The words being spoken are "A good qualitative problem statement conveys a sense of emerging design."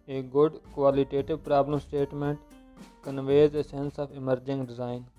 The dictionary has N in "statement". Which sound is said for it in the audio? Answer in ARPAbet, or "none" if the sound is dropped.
N